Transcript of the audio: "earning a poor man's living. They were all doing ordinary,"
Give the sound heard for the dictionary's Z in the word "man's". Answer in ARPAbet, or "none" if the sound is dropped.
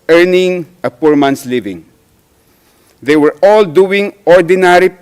S